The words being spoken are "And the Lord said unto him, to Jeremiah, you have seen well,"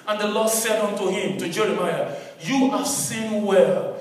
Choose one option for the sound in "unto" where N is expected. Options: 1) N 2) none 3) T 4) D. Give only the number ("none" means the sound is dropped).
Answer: 1